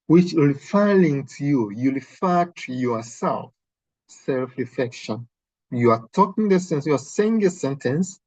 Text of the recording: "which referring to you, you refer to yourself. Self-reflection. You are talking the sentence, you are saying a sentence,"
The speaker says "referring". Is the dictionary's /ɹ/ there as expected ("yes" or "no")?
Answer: no